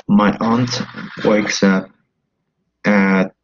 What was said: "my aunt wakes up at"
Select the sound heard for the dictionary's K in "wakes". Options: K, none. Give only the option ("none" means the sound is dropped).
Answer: K